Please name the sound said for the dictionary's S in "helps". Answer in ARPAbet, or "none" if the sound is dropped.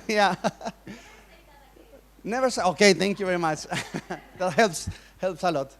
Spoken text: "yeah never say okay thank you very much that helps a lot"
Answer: S